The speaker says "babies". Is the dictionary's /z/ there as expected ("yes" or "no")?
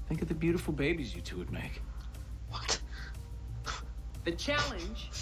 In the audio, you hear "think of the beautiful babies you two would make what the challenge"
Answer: yes